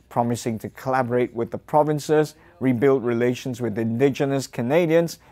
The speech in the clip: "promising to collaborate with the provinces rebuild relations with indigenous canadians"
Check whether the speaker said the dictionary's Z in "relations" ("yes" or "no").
yes